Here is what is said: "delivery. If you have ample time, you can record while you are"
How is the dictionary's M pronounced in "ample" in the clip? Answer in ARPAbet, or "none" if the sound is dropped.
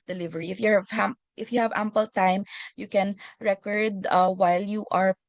M